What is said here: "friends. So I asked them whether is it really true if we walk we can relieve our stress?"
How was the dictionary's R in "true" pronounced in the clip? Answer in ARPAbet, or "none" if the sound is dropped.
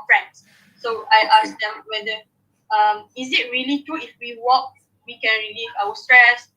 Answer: none